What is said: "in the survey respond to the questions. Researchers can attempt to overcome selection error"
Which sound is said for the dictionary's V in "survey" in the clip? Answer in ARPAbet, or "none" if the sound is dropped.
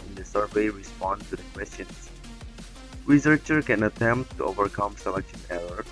V